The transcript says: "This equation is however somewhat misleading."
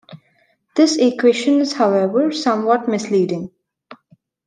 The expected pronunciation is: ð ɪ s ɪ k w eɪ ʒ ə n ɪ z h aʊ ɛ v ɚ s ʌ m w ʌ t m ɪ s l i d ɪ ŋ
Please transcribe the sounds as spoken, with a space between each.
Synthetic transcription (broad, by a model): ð ɪ s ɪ k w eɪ ʃ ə n ɪ z h aʊ ɛ v ɚ s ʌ m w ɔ t m ɪ s l i d ɪ ŋ